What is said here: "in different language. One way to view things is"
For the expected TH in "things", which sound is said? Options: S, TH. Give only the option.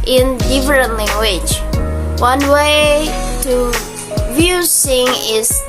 S